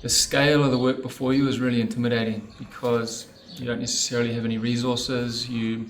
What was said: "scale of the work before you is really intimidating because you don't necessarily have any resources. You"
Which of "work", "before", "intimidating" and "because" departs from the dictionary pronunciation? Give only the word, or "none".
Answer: none